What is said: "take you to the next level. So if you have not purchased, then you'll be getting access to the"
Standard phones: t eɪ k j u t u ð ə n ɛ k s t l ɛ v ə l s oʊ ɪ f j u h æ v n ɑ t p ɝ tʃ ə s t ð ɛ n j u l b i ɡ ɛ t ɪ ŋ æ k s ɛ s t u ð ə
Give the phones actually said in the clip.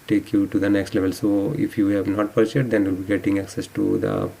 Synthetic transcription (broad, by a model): t eɪ k j u t u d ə n ɛ k s t l ɛ v ə l s oʊ ɪ f j u h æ v n ɑ t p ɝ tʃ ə t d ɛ n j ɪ l b i ɡ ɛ t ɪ ŋ æ k s ɛ s t u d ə